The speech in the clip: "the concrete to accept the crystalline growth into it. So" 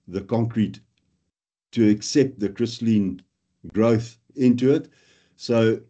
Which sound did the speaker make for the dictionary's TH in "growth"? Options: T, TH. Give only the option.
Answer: TH